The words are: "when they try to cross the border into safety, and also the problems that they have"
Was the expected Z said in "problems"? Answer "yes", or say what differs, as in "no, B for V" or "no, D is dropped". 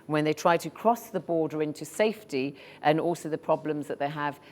yes